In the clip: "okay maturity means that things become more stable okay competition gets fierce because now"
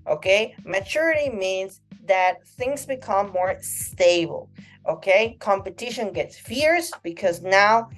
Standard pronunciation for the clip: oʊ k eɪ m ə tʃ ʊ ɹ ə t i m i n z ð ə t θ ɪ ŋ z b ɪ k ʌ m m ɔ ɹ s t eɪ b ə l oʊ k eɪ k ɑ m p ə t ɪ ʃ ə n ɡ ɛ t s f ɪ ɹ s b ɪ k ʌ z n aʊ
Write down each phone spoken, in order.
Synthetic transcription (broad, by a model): oʊ k eɪ m ə tʃ ʊ ɹ ə t i m i n z ð ə t θ ɪ ŋ z b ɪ k ʌ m m ɔ ɹ s t eɪ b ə l oʊ k eɪ k ɑ m p ə t ɪ ʃ ə n ɡ ɛ t s f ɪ ɹ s b ɪ k ʌ z n aʊ